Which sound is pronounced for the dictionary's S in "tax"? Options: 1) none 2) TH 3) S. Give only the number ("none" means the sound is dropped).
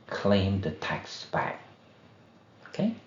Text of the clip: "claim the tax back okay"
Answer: 3